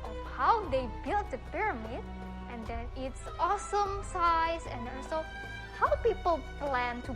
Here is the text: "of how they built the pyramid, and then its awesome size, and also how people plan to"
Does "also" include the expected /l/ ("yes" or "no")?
no